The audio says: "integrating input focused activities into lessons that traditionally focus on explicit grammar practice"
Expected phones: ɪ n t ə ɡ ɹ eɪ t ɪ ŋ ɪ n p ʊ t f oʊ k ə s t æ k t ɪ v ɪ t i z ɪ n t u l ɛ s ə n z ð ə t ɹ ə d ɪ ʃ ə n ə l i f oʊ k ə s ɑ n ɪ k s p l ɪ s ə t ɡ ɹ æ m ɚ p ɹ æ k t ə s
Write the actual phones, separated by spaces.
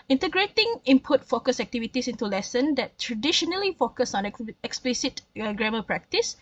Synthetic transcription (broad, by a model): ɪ n t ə ɡ ɹ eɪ t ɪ ŋ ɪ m p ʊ t f oʊ k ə s æ k t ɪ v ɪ t i s ɪ n t u l ɛ s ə n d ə t ɹ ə d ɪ ʃ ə n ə l i f oʊ k ə s ɑ n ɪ k s p l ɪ s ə t ɡ ɹ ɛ m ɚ p ɹ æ k t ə s